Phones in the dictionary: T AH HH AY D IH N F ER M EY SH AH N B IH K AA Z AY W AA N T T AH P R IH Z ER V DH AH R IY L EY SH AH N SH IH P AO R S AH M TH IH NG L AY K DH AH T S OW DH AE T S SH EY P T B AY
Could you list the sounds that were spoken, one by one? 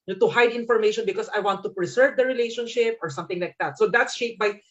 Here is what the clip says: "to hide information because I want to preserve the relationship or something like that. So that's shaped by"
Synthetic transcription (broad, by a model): T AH HH AY D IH N F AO M EY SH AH N B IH K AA S AY W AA N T T AH P R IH S ER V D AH R IY L EY SH AH N SH IH P AO R S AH M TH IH NG L AY K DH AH T S OW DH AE T S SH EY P B AY